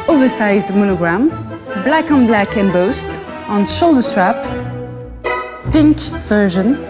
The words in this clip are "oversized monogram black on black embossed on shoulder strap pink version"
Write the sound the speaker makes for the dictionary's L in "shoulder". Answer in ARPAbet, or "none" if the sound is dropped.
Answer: L